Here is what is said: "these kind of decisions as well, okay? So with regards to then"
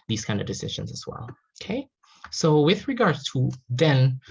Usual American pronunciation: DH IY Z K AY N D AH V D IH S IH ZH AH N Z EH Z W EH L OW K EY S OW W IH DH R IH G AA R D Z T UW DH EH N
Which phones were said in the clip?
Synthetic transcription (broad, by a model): DH IY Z K AY N D AH V D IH S IH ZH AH N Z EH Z W EH L OW K EY S OW W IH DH R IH G AA R D T UW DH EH N